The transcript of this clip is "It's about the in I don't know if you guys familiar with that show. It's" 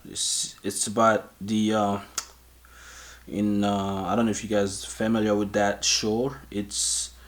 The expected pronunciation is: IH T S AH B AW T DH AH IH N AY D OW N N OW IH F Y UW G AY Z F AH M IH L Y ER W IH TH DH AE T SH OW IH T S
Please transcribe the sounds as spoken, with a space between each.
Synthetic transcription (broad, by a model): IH T S AH B AW T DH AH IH N AY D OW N N OW IH F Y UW G AY Z F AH M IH L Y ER W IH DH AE T SH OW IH T S